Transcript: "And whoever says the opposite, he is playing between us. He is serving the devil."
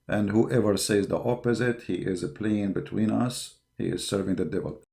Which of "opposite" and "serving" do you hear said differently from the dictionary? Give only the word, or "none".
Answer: none